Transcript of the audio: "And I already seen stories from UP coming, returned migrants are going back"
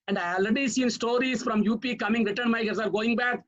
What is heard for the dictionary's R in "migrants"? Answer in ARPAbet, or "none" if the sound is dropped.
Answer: none